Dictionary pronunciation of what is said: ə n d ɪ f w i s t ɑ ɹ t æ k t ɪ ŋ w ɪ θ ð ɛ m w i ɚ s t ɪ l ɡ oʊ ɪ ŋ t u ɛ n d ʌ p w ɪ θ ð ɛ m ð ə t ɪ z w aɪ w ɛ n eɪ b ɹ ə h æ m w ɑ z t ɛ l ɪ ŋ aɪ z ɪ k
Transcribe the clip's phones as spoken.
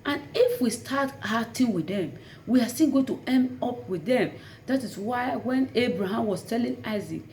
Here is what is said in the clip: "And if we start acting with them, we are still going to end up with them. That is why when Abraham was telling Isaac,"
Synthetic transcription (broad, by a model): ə n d ɪ f w i s t ɑ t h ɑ t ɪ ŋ w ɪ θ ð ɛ m w i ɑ s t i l ɡ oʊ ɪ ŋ t u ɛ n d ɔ p w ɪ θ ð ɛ m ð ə t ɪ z w aɪ w ɛ n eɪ b ɹ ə h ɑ m w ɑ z t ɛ l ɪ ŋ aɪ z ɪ k